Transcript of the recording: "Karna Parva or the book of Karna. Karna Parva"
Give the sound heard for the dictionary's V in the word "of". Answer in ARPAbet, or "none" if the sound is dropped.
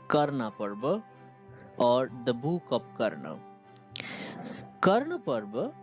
P